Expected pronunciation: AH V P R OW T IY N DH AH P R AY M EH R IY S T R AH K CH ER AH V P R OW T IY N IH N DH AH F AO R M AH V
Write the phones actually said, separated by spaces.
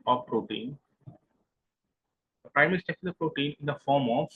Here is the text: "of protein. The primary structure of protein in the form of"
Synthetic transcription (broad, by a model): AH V P R OW T IY N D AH P R AY M EH R IY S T EH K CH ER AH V P R OW T IY N IH N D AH F AO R M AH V